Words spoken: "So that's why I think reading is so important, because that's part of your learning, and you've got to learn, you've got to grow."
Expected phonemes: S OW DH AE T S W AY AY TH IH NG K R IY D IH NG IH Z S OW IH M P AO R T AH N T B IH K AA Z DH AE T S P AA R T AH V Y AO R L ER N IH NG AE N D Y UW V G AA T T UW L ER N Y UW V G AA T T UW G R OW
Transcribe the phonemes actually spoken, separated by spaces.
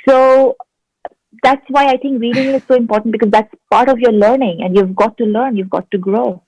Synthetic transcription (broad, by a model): S OW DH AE T S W AY AY T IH NG K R IY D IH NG IH Z S OW IH M P AO R T AH N T B IH K AA Z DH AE T S P AA R T AH V Y AO R L ER N IH NG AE N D Y UW V G AA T T UW L ER N Y UW V G AA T T UW G R OW